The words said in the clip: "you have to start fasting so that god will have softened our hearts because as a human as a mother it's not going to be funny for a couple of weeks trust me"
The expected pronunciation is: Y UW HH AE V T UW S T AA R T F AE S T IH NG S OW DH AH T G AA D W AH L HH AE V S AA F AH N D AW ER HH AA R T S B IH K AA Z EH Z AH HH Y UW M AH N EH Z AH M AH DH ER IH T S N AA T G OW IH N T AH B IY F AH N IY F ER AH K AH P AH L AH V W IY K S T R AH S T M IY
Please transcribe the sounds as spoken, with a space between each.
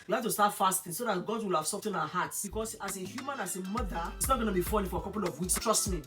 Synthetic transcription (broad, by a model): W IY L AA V T UW S T AA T F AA S T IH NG S OW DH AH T G AA D W AH L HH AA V S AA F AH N AW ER HH AA T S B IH K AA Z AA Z AH HH Y UW M AH N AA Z AH M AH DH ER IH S N AA T G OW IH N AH B IY F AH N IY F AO AH K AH P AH L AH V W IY S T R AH S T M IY